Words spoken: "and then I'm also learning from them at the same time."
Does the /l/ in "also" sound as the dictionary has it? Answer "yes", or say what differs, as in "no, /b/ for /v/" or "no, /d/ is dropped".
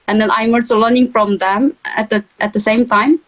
no, /l/ is dropped